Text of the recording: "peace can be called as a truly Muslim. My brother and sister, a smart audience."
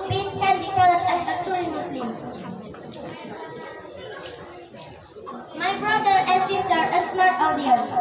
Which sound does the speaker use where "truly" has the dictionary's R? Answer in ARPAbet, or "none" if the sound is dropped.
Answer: none